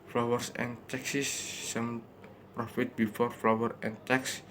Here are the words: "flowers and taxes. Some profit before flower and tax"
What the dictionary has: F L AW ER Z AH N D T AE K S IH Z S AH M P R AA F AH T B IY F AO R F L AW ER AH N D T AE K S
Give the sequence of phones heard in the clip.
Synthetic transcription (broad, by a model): F L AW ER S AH N T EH K S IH S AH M P R AA F AH T B IY F AO R F L AW ER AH N T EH K S